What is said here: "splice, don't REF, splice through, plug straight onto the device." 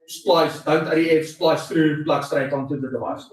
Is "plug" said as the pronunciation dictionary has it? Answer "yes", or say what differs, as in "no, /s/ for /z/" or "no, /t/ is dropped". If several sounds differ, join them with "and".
no, /b/ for /p/